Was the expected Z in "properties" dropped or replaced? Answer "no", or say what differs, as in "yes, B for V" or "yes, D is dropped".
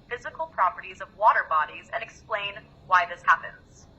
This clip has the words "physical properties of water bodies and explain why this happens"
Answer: no